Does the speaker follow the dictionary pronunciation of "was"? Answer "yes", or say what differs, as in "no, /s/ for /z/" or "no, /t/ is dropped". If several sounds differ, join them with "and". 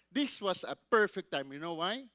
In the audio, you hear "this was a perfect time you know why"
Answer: no, /s/ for /z/